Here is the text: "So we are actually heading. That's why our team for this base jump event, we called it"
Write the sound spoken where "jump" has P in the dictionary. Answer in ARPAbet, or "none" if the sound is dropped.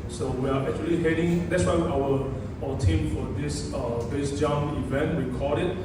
none